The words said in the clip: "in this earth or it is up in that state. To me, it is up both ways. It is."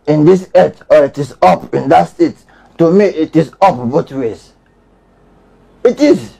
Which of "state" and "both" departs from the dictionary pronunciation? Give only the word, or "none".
both